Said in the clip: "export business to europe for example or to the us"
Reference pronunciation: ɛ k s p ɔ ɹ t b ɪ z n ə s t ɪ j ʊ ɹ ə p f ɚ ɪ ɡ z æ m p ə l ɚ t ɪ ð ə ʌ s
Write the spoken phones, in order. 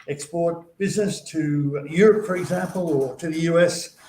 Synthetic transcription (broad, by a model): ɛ k s p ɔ ɹ t b ɪ z n ə s t ɪ j ʊ ɹ ə p f ɚ ɪ ɡ z æ m p ə l ɚ t ɪ ð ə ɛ s